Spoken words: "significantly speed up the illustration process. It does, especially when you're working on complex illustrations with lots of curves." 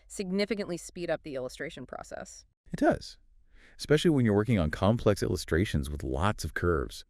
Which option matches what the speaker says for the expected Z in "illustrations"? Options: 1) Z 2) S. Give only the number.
1